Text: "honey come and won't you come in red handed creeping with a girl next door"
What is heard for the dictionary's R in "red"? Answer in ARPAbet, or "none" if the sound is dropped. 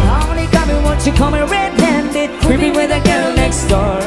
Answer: R